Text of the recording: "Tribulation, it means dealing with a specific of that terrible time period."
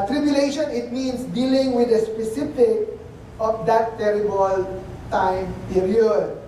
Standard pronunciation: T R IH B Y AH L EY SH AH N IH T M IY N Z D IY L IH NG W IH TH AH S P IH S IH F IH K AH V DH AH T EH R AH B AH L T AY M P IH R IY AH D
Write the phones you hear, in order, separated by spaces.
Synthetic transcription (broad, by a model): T R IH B Y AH L EY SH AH N IH T M IY N S D IY L IH NG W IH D AH S P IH S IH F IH K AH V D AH T EH R AH B AH L T AY M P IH R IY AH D